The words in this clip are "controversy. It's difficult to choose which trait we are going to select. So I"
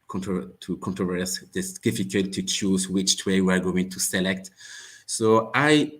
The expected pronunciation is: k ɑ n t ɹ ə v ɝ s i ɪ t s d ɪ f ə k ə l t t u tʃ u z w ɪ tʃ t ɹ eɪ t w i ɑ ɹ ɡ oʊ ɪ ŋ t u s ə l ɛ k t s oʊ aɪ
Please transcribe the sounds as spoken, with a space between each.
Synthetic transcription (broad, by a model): k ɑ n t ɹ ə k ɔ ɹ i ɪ s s d ɪ f ə k ə l t t u tʃ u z w ɪ tʃ t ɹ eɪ w i ɑ ɹ ɡ oʊ ɪ ŋ t u s ə l ɛ k t s oʊ aɪ